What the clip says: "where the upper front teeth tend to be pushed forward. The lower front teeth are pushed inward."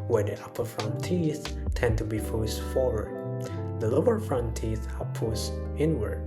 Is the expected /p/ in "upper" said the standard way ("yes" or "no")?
yes